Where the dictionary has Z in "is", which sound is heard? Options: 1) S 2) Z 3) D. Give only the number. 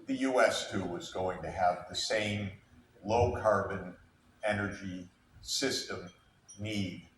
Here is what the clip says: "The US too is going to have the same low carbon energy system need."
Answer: 2